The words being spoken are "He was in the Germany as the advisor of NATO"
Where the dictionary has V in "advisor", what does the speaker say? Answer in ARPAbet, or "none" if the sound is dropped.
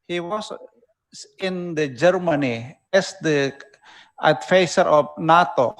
F